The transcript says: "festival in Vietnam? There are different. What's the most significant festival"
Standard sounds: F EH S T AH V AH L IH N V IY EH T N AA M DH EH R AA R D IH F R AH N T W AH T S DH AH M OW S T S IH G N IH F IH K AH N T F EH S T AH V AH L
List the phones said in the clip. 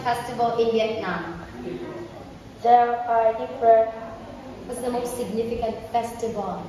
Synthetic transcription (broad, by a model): F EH S T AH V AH L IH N B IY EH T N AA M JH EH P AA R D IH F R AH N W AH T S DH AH M OW S T S IH G N IH F IH K AH N T F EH S T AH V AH L